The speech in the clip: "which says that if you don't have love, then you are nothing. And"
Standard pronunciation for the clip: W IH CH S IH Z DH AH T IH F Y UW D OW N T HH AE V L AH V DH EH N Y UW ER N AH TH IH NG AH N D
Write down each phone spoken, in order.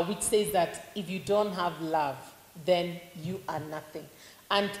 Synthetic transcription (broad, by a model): W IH CH S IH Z DH AH T IH F Y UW D OW N T HH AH V L AH V DH EH N Y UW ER N AH TH IH NG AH N